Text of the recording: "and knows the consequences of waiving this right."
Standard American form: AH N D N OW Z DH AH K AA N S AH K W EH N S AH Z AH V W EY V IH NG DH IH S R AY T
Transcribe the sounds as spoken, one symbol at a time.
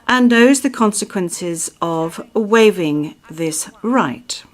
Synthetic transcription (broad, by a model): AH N N OW Z DH AH K AA N S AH K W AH N S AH Z AH V W EY V IH NG DH IH S R AY T